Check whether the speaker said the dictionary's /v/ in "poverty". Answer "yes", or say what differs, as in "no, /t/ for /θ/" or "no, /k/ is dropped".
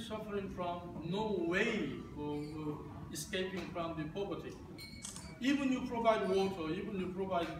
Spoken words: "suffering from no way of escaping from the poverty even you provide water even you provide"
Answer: no, /p/ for /v/